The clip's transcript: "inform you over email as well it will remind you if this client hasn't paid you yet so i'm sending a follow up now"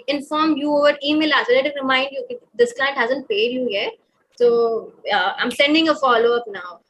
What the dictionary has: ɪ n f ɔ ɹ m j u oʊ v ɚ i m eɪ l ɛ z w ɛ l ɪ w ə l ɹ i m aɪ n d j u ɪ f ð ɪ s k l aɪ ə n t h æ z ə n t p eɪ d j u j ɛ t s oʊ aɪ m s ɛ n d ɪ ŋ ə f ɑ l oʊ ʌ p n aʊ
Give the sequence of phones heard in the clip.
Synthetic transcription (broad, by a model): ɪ n f ɔ ɹ m j u oʊ v ɚ i m eɪ l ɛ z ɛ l ɪ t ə n ɹ i m aɪ n d j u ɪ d ɪ s k l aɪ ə n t h æ z ə n t p eɪ d j u j ɛ t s oʊ aɪ m s ɛ n d ɪ ŋ ə f ɑ l oʊ ʌ p n aʊ